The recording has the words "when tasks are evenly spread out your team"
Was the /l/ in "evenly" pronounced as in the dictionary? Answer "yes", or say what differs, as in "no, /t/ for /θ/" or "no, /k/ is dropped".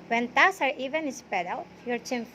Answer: no, /l/ is dropped